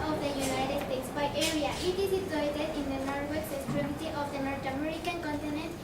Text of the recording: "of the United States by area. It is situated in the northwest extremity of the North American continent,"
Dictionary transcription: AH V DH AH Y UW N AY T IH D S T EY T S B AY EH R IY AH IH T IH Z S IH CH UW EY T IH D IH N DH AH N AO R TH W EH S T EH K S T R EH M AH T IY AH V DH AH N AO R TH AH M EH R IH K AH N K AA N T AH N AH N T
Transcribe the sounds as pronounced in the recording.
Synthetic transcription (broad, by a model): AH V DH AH Y UW N AY T IH D S T EY T S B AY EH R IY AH IH T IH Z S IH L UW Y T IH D IH N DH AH N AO R T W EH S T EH S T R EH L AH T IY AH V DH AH N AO R T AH M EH R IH K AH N K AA N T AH N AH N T